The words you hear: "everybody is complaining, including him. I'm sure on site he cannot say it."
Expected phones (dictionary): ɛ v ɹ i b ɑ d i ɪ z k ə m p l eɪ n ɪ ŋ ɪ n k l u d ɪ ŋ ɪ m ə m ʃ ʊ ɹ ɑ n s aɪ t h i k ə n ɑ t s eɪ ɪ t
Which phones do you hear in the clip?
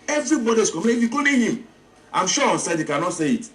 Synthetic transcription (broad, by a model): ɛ v ɹ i b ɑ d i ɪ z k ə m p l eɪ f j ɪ k u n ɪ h ɪ m ə m ʃ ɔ ɑ n s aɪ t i k ə n ɑ t s eɪ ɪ t